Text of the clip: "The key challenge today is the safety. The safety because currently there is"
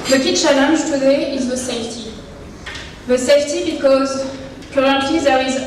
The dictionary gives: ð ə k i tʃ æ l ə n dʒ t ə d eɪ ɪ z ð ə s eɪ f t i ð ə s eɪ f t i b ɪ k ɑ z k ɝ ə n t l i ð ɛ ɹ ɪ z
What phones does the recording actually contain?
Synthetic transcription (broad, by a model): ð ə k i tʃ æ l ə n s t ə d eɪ ɪ z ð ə s eɪ f t i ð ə s eɪ f t i b ɪ k ɑ z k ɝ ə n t i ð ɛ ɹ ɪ z